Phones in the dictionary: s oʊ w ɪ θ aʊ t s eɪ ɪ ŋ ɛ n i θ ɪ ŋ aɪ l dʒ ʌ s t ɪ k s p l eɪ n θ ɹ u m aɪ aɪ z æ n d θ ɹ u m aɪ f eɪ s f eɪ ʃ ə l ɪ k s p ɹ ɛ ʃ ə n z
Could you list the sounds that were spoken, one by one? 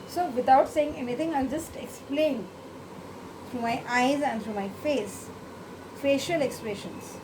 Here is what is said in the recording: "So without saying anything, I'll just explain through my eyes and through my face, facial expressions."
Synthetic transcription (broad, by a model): s oʊ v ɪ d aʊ t s eɪ ɪ ŋ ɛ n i t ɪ ŋ aɪ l dʒ ʌ s t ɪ k s p l eɪ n t ɹ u m aɪ aɪ z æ n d t ɹ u m aɪ f eɪ s f eɪ ʃ ə l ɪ k s p ɹ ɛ ʃ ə n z